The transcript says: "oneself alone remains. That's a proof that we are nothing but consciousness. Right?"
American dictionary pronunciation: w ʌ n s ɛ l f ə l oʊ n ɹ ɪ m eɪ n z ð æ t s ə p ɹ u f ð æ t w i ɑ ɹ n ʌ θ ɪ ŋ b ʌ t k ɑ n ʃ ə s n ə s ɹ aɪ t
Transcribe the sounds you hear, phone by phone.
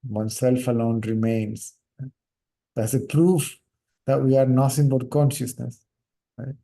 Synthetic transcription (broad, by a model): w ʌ n s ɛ l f ə l oʊ n ɹ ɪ m eɪ n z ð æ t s ə p ɹ u f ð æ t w i ɑ ɹ n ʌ s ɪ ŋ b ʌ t k ɑ n ʃ ə s n ə s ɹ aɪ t